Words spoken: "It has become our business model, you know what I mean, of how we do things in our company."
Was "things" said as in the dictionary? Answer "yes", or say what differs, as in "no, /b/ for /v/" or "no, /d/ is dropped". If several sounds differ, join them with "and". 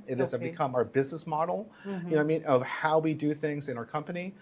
yes